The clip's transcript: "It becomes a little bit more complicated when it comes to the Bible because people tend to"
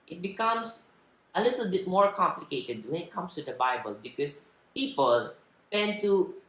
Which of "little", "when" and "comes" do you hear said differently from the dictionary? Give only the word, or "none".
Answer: comes